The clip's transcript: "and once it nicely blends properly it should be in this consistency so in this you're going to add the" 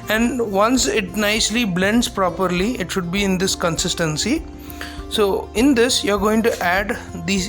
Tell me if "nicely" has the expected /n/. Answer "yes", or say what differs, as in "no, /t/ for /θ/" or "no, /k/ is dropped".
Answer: yes